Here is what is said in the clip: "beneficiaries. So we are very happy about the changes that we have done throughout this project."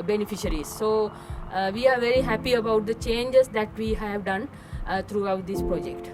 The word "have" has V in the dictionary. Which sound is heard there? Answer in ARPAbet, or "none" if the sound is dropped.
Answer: V